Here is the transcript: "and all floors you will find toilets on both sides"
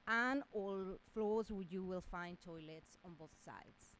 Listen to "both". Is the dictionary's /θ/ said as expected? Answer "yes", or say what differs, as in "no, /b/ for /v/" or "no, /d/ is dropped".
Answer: yes